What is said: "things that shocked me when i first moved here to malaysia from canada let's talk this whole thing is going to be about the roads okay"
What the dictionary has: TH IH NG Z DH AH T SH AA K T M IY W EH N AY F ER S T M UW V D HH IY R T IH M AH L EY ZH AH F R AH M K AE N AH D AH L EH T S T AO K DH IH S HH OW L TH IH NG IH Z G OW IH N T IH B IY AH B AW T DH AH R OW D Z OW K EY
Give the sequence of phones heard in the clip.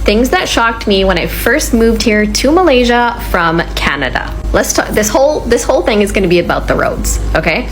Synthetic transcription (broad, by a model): TH IH NG Z DH AH T SH AA K T M IY W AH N AY F ER S T M UW V D HH IY R T IH M AH L EY ZH AH F R AH M K AE N AH D AH L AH T S T AO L DH IH S HH OW L TH IH NG IH Z G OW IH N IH B IY AH B AW T DH AH R OW D Z OW K EY